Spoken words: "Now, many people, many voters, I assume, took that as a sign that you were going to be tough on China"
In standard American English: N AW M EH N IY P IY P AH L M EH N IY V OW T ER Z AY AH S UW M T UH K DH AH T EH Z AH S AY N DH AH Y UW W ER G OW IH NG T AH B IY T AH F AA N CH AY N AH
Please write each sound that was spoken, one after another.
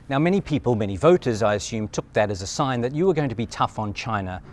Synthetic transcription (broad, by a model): N AW M EH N IY P IY P AH L M EH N IY V OW T ER Z AY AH S UW M T UH K DH AH T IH Z AH S AY N DH AH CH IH W ER G OW IH NG T AH B IY T AH F N CH AY N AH